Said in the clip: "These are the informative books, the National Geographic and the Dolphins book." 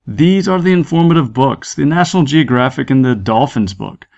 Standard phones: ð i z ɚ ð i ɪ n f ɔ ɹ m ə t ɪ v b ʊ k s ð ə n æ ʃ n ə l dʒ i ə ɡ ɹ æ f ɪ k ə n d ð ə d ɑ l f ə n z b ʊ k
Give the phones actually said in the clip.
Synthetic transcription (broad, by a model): ð i z ɚ ð i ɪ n f ɔ ɹ m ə t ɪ v b ʊ k s ð ə n æ ʃ n l dʒ i ə ɡ ɹ æ f ɪ k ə n ð ə d ɑ l f ə n z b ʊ k